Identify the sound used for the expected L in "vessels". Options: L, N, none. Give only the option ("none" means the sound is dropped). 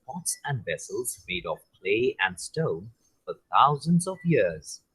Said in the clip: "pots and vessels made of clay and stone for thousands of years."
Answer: L